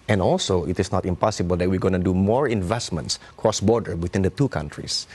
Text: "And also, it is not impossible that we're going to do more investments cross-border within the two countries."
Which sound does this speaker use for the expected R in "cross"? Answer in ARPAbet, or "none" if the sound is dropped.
R